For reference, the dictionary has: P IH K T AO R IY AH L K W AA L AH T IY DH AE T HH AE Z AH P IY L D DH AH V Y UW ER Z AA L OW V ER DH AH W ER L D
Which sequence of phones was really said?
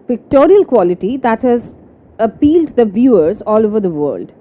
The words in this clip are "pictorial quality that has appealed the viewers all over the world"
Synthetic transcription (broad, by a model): P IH K T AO R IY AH L K W AA L AH T IY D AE T HH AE Z AH P IY L D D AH V Y UW ER Z AA L OW V ER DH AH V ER L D